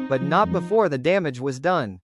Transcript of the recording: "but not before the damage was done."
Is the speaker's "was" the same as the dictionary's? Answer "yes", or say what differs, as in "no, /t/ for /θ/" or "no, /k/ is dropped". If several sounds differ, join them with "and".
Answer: yes